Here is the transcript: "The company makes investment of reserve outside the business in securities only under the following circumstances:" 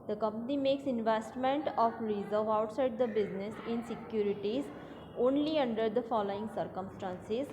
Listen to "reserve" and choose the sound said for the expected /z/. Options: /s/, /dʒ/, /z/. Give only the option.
/z/